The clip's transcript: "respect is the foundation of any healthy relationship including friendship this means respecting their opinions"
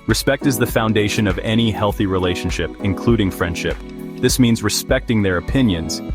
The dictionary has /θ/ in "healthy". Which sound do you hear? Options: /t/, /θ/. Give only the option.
/θ/